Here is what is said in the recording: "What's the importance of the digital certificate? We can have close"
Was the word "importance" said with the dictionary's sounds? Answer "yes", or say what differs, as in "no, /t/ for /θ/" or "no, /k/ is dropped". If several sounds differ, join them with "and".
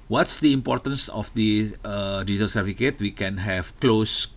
yes